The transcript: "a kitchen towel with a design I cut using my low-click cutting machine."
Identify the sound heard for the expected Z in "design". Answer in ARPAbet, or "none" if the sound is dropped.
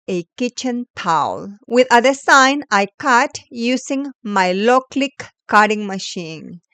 S